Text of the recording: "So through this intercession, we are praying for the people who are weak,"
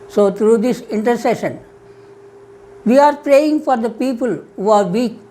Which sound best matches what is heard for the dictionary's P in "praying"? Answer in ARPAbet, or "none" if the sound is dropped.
P